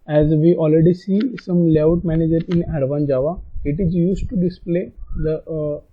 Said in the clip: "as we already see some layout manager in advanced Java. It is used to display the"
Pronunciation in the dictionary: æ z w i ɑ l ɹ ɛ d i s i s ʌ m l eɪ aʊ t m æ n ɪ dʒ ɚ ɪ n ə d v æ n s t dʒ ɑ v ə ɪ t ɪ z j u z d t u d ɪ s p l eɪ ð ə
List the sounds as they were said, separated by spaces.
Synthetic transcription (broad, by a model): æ z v i ɑ l ɹ ɛ d i s i s ʌ m l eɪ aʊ t m æ n ɪ dʒ ɚ ɪ n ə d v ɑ n dʒ ɑ v ə ɪ t ɪ z j u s t u d ɪ s p l eɪ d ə